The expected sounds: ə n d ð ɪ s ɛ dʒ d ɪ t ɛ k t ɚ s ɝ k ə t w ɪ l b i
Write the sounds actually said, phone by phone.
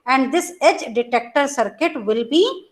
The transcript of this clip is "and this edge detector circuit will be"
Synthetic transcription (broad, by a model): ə n d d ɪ s ɛ dʒ d ɪ t ɛ k t ɚ s ɝ k ə t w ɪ l b i